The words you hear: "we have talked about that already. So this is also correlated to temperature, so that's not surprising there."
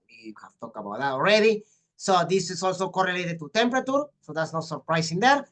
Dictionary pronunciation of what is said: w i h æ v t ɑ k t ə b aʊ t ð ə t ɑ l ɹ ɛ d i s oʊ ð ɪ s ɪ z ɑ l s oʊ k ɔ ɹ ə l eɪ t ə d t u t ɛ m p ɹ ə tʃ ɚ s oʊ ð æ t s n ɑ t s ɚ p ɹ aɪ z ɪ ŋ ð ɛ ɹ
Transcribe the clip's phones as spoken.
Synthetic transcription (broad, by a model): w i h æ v t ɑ k ə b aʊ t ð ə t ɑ l ɹ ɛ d i s oʊ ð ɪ s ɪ s ɑ l s oʊ k ɔ ɹ ə l eɪ t ə d t u t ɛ m p ɹ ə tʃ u s oʊ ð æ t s n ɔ s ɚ p ɹ aɪ s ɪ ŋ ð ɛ ɹ